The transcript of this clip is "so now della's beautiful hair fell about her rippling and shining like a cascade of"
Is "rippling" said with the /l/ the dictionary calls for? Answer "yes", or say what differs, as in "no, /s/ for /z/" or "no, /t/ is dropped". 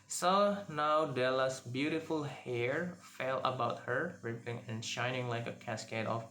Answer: no, /l/ is dropped